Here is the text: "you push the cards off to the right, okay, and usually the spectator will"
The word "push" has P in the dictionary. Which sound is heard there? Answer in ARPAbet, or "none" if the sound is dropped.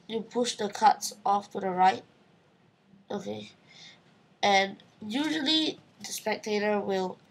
P